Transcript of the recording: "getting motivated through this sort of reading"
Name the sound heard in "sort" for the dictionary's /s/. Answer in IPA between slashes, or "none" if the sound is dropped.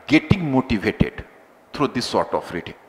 /s/